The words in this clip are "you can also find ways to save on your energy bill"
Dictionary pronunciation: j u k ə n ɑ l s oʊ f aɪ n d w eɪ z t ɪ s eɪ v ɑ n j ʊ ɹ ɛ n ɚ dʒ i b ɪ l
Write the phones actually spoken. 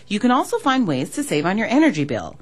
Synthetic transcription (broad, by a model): j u k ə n ɑ l s oʊ f aɪ n d w eɪ z t ɪ s eɪ v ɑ n j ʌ ɹ ɛ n ɚ dʒ i b ɪ l